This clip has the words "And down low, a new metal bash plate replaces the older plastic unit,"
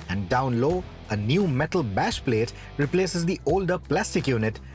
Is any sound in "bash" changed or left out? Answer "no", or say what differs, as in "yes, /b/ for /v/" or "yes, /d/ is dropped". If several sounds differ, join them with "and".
no